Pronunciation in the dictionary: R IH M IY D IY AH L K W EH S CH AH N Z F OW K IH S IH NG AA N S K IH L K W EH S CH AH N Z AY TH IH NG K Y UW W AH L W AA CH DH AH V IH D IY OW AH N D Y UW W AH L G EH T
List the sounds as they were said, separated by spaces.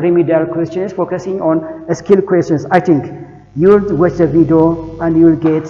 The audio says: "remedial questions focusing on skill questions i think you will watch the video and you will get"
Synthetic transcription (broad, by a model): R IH M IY D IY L K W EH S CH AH N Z F OW K IH S IH NG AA N S K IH L K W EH S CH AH N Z AY T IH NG K Y UW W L W AA CH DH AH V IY D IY OW AH N D Y UW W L G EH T